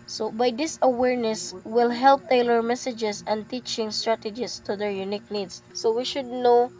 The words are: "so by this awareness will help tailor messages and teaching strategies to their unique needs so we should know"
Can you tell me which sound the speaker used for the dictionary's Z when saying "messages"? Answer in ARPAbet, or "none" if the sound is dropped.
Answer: S